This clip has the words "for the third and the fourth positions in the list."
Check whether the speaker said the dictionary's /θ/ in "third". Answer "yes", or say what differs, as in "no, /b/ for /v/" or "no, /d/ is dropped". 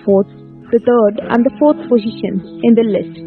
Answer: no, /t/ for /θ/